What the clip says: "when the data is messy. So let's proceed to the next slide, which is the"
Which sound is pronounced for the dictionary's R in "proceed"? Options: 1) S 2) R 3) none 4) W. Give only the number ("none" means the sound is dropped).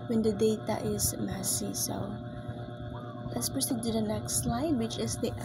2